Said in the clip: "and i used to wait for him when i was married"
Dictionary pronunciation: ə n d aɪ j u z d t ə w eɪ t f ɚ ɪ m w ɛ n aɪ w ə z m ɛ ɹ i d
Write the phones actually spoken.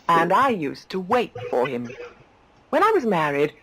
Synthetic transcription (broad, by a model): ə n aɪ j u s t ə w eɪ t f ɚ ɪ m w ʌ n aɪ w ə z m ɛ ɹ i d